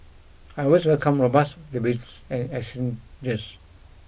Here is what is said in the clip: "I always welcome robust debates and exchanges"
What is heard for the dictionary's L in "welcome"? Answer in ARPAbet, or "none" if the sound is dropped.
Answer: L